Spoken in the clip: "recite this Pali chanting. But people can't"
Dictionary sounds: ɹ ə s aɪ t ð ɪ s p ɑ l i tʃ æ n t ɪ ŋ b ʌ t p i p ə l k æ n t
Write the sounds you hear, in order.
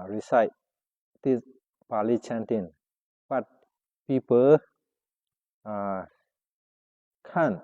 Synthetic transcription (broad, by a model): ɹ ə s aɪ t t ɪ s b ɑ l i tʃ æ n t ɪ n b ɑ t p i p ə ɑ k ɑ n